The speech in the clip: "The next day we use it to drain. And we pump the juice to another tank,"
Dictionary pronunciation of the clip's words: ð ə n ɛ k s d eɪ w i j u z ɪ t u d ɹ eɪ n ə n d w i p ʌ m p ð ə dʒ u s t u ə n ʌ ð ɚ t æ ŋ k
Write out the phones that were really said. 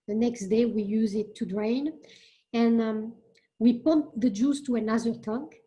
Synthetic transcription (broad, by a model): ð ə n ɛ k s d eɪ w i j u z ɪ t u d ɹ eɪ n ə n w i p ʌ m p ð ə dʒ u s t u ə n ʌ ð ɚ t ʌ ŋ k